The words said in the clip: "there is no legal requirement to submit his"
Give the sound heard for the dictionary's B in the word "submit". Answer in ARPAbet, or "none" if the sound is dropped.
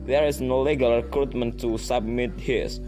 B